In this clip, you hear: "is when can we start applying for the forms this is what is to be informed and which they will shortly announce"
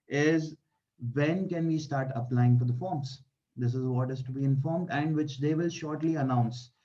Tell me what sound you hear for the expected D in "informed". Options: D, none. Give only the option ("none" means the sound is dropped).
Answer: D